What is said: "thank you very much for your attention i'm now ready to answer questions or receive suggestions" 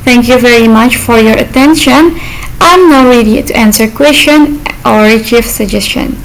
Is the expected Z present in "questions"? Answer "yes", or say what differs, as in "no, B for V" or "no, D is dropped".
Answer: no, Z is dropped